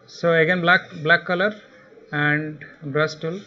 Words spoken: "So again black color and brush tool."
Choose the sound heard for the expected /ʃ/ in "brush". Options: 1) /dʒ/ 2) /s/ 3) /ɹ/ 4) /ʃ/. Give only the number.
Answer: 2